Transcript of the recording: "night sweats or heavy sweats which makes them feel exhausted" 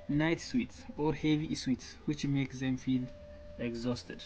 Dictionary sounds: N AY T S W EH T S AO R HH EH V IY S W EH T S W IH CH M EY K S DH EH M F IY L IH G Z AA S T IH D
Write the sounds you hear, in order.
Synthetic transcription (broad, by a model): N AY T S W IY T S AO R HH EH V IY S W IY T S W IH CH M EY K S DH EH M F IY L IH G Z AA S T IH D